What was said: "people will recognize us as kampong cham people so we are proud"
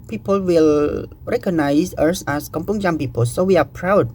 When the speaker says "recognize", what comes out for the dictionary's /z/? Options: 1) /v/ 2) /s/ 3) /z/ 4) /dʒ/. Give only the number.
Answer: 2